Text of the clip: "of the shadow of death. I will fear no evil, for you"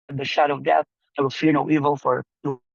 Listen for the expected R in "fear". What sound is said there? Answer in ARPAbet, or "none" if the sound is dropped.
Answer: R